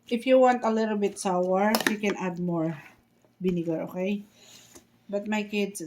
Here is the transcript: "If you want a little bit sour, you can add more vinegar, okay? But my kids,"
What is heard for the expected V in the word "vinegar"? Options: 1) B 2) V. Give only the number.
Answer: 1